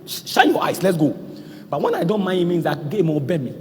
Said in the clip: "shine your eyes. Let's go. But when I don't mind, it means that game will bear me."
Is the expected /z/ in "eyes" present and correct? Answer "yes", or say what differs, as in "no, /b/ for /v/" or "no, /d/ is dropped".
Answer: no, /s/ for /z/